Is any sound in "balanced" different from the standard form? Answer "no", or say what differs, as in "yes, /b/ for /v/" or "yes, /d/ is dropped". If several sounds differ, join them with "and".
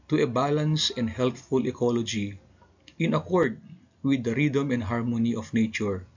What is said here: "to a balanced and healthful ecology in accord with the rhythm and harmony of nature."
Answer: yes, /t/ is dropped